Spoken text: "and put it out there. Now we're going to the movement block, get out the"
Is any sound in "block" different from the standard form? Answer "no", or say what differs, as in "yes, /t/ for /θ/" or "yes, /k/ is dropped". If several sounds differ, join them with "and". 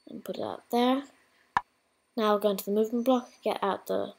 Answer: no